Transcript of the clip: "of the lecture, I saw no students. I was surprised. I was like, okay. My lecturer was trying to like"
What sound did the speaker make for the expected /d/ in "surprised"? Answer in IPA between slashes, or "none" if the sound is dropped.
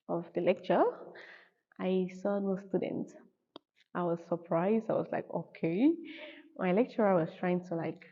/d/